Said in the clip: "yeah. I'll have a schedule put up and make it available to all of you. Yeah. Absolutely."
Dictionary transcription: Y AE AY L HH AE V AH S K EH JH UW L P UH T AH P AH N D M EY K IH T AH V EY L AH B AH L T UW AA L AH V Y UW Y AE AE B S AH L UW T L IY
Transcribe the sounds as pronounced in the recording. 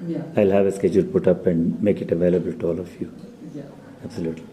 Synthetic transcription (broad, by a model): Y AY L HH AE V AH S K EH JH UW L P UH T AH P AH N D M EY K IH T AH V EY L AH B AH L T UW AA L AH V Y UW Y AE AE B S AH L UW T L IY